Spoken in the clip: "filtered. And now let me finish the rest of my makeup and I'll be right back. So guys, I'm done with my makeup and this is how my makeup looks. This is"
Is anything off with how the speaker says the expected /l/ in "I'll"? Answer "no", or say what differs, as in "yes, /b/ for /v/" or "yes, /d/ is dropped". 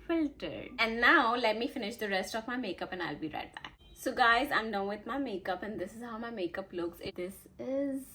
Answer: no